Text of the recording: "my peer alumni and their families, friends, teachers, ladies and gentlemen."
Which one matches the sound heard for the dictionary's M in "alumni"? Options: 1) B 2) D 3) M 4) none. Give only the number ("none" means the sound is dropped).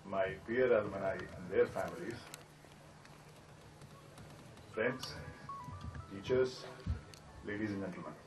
4